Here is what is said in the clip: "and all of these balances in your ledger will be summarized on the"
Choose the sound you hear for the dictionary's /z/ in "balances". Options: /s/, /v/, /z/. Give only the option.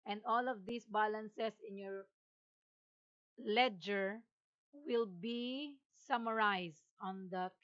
/s/